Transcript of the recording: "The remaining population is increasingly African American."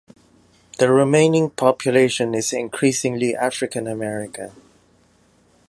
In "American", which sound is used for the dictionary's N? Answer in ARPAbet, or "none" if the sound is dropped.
none